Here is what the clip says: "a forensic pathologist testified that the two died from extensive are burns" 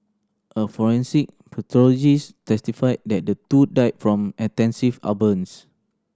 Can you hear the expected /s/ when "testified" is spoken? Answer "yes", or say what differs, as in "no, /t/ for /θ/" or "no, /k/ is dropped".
yes